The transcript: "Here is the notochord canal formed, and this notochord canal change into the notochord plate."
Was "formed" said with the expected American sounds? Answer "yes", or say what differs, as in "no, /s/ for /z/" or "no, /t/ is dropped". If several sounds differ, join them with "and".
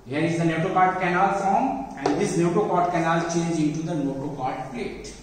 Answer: no, /d/ is dropped